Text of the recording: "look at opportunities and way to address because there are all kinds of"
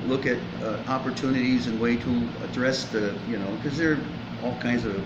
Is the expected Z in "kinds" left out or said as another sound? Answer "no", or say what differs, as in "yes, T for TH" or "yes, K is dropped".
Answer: no